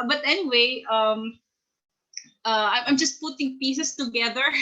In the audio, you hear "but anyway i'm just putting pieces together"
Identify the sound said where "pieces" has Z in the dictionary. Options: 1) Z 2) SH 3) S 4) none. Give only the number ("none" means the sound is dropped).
3